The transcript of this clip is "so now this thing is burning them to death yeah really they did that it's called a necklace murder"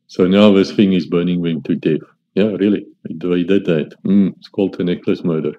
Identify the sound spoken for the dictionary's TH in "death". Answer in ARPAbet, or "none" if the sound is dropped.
F